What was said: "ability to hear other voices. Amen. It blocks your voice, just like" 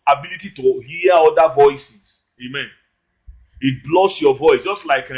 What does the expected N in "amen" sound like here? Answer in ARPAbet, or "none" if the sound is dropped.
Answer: N